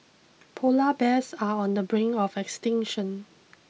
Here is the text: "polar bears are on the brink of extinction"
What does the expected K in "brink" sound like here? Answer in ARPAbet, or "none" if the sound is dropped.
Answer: none